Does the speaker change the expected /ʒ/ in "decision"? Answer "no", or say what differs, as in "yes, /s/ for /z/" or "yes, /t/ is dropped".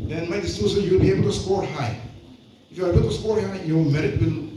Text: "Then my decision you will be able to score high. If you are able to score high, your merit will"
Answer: yes, /s/ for /ʒ/